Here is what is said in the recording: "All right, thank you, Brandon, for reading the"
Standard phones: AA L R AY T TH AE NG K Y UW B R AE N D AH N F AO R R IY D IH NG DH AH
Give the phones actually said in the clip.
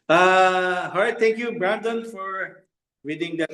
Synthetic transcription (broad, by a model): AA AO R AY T T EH NG K Y UW B R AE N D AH N F AO R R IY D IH NG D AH